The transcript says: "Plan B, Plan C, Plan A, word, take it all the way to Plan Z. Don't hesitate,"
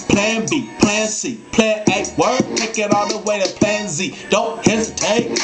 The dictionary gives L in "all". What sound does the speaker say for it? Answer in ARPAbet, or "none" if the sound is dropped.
N